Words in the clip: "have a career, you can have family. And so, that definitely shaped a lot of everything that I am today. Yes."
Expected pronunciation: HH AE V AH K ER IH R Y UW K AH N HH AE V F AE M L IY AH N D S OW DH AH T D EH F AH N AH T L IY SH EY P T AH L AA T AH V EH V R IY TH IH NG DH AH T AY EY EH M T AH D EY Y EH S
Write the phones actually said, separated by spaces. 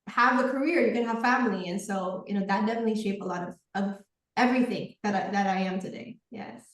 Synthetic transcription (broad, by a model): HH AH V AH K ER IH R Y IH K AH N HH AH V F AE M L IY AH N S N OW DH AH T D EH F AH N AH T L IY SH EY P AH L AA T AH V EH V R IY TH IH NG DH AH T AY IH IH M T AH D EY Y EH S